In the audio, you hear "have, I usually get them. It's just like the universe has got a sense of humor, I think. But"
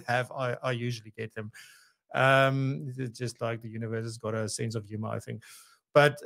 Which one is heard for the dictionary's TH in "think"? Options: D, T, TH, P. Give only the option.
TH